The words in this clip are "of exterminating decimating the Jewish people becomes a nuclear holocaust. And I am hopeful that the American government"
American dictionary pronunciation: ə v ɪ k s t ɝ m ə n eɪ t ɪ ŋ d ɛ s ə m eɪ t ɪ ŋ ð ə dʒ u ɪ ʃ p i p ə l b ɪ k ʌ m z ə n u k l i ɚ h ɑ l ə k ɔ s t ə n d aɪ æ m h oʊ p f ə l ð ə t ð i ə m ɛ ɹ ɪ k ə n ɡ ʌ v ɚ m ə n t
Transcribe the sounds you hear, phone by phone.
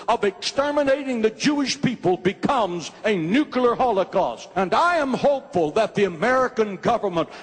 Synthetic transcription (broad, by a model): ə v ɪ k s t ɝ m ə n eɪ ɪ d t ɪ ŋ ð ə dʒ u ɪ ʃ p i p ə l b ɪ k ʌ m z ə n u k l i ɚ h ɑ l ə k ɔ s t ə n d aɪ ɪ m h oʊ p f ə l ð ə t ð i ə m ɛ ɹ ɪ k ə n ɡ ʌ v ɚ m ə n t